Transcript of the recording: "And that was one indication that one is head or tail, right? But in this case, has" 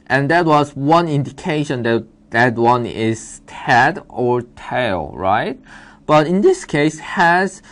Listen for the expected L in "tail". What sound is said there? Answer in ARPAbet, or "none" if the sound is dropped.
L